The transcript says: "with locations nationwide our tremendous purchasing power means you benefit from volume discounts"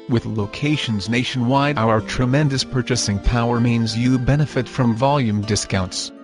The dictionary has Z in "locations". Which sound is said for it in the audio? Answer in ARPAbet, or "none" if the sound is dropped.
Z